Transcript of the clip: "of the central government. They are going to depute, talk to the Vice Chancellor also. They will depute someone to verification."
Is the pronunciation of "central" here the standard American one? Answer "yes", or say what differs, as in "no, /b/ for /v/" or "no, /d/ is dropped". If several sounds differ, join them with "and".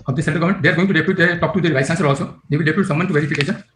no, /ɹ/ is dropped